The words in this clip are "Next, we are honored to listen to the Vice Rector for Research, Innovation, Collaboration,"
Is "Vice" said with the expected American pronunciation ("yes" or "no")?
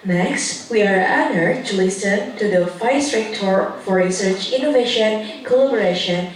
no